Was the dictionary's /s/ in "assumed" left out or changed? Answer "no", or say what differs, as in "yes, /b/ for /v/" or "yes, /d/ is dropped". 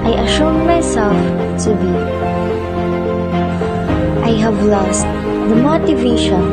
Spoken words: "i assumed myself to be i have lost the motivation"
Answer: yes, /ʃ/ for /s/